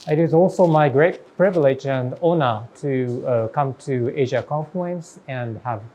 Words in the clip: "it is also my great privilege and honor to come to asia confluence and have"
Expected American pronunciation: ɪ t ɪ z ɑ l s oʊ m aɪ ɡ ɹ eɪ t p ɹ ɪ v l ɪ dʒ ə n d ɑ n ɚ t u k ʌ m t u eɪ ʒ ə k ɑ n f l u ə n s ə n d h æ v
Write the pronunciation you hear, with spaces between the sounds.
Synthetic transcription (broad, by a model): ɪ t ɪ z ɑ l s oʊ m aɪ ɡ ɹ eɪ t p ɹ ɪ v l ɪ dʒ ə n d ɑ n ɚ t u k ʌ m t u eɪ ʒ ə k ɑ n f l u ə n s ə n d h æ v